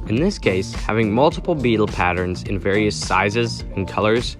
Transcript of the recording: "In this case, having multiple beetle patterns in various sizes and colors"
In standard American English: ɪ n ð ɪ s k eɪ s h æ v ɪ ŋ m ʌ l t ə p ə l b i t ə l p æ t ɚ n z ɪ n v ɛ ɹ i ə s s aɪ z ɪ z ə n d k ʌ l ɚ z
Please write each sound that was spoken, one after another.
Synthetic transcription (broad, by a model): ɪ n ð ɪ s k eɪ s h æ v ɪ ŋ m ʌ l t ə p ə l b i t l p æ t ɚ n z ɪ n v ɛ ɹ i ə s s aɪ z ɪ z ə n k ʌ l ɚ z